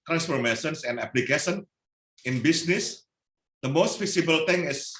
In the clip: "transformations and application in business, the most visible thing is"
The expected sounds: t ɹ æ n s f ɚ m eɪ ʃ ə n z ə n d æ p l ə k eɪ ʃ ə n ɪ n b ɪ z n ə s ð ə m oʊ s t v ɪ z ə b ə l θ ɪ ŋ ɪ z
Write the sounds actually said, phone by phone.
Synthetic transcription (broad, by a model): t ɹ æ n s f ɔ m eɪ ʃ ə n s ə n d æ p l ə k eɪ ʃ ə n ɪ n b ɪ s n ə s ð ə m oʊ s t f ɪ s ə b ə l t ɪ ŋ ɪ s